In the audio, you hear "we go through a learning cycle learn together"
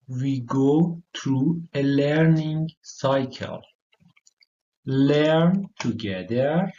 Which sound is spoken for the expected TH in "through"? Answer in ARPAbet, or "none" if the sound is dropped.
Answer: T